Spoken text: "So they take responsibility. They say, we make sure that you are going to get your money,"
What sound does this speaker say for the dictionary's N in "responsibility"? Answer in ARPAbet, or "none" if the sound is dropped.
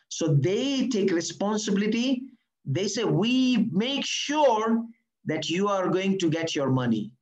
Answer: N